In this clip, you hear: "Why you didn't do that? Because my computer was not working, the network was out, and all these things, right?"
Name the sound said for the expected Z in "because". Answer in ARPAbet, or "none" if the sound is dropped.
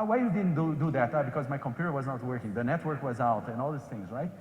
Z